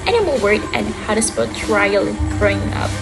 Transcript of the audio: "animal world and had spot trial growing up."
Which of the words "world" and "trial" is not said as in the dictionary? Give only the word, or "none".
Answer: world